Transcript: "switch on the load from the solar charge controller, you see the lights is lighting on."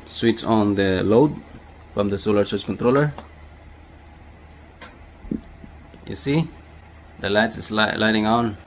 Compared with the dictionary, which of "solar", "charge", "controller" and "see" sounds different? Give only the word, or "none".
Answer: charge